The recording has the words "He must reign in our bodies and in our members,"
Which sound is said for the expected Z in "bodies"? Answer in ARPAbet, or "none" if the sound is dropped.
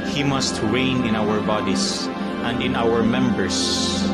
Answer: S